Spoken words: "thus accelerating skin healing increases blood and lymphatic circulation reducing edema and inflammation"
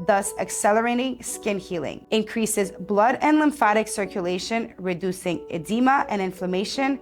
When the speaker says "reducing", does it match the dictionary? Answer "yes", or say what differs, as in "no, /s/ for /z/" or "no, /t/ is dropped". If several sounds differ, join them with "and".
yes